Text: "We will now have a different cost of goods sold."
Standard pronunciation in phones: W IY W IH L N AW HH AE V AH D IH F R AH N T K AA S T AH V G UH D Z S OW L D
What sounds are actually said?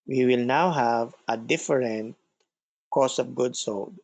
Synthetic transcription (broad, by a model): W IY W IH L N AW HH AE V AH D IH F R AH N T K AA S AH V G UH D S OW L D